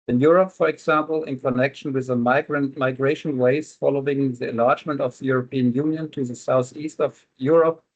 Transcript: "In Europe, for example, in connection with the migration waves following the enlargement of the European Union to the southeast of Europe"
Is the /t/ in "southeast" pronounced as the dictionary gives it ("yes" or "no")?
yes